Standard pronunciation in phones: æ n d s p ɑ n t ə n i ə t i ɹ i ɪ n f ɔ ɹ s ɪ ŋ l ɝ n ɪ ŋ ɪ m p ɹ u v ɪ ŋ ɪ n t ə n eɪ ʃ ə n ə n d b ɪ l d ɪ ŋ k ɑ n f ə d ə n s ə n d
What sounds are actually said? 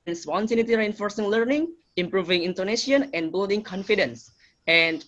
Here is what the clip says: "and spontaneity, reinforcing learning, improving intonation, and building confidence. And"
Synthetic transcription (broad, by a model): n s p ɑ n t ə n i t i ɹ i ɪ n f ɔ ɹ s ɪ ŋ l ɝ n ɪ ŋ ɪ m p ɹ u v ɪ ŋ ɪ n t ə n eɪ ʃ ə n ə n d b ɪ l d ɪ ŋ k ɑ n f ə d ə n s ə n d